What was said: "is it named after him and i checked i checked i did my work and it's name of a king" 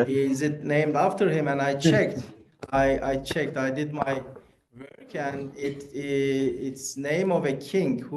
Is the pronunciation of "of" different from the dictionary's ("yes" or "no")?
no